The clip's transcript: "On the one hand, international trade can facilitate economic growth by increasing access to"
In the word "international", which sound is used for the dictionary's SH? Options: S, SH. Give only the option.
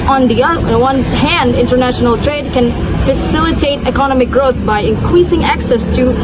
SH